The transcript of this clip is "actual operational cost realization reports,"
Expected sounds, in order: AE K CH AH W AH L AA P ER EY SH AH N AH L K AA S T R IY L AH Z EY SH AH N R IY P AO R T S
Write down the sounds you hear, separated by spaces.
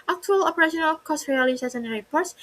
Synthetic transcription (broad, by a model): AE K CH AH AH L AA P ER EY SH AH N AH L K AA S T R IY L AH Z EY S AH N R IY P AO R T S